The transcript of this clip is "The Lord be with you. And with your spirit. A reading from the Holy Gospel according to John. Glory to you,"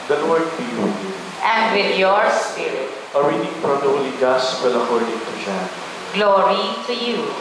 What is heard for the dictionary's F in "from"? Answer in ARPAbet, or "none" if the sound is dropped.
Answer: P